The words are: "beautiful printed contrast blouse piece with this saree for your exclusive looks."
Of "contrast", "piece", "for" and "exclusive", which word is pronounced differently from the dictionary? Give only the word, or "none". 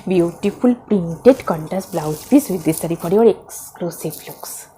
contrast